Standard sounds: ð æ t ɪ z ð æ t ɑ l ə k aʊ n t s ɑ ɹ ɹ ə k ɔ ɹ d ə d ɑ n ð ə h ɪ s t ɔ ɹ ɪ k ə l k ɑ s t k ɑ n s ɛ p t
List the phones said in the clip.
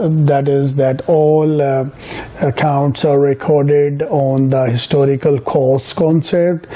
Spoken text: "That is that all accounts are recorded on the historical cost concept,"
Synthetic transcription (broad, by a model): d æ t ɪ z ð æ t ɑ l ə k aʊ n t s ɑ ɹ ɹ ə k ɔ ɹ d ə d ɑ n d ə h ɪ s t ɔ ɹ ɪ k ə l k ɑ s k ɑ n s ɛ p t